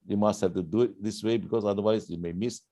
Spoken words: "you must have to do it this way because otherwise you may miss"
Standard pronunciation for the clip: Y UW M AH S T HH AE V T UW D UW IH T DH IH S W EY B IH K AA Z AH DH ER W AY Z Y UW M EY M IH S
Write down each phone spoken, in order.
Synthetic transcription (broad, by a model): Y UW M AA S T HH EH F T UW D UW IH T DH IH S W EY B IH K AA S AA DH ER W AY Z Y UW M EY M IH S